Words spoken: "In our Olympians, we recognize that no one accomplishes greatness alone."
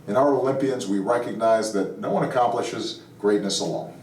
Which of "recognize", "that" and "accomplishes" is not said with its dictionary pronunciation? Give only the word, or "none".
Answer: none